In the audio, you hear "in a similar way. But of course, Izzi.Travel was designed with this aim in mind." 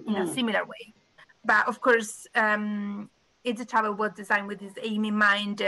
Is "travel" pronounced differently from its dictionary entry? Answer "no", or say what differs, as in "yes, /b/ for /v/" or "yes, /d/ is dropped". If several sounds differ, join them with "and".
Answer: yes, /ɹ/ is dropped